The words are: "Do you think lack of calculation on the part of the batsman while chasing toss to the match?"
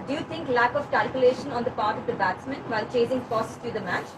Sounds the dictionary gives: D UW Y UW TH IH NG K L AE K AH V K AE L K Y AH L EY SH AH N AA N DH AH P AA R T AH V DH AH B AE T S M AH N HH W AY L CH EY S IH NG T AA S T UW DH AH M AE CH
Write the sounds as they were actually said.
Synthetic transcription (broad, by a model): D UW Y UW T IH NG K L AE K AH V K AE L K Y AH L EY SH AH N AA N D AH P AA R T AH V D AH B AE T S M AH N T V AY L CH EY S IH NG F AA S T UW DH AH M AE CH